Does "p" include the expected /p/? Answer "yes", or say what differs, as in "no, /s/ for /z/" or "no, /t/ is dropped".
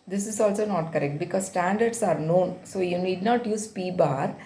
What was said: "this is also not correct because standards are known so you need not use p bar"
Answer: yes